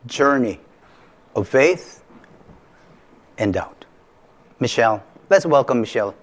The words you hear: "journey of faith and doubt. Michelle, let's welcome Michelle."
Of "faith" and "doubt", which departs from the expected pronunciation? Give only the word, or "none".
none